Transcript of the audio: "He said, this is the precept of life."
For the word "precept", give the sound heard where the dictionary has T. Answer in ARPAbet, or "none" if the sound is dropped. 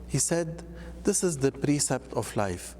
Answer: T